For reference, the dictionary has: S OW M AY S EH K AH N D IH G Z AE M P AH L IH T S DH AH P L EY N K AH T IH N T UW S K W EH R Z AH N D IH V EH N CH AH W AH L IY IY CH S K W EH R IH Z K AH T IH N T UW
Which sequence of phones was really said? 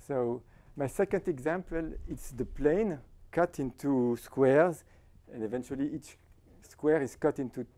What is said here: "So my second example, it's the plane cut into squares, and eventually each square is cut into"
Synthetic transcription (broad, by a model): S OW M AY S EH K AH N D IH G Z AE M P AH L IH T S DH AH P L EY N K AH T IH N T UW S K W EH R Z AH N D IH V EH N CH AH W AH L IY IY CH S K W EH R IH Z K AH T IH N T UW